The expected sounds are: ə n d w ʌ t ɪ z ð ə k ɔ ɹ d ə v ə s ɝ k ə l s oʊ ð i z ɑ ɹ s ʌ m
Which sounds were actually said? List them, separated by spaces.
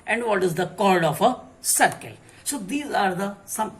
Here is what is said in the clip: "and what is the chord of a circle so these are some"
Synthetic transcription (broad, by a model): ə n d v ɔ t ɪ z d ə k ɔ l d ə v ə s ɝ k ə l s oʊ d i z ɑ ɹ s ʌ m